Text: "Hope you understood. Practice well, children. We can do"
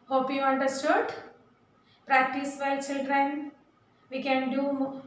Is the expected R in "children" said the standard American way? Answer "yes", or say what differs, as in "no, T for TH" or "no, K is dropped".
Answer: yes